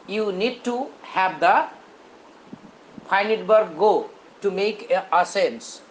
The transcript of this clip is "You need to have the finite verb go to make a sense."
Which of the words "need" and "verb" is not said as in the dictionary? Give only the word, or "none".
verb